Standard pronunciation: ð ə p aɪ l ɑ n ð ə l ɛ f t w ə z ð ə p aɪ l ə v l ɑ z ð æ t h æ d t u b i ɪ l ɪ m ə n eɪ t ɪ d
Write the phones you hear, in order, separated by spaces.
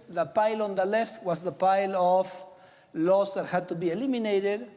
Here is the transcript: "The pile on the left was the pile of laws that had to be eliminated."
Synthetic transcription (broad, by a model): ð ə p aɪ l ɑ n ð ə l ɛ f t w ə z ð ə p aɪ l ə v l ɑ s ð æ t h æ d t u b i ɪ l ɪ m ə n eɪ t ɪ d